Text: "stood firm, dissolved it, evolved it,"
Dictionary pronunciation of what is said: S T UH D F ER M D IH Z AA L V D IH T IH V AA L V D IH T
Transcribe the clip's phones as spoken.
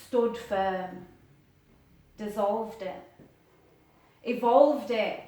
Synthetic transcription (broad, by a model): S T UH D F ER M D IH Z AA L V D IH T IH V AA L V D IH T